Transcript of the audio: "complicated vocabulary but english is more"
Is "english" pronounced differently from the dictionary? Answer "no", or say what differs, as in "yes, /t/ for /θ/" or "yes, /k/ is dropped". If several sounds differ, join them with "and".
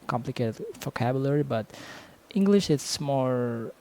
no